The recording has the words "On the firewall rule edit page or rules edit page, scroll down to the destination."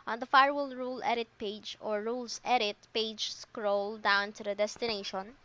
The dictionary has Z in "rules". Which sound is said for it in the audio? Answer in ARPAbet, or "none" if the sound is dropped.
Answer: S